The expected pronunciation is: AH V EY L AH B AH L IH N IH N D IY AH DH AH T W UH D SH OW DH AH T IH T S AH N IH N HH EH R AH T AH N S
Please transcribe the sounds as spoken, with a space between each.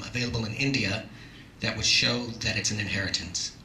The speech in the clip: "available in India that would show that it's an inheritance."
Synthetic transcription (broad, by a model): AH V EY L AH B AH L IH N IH N D IY AH DH AH T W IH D SH OW DH AH T IH T S AH N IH N HH EH R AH T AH N S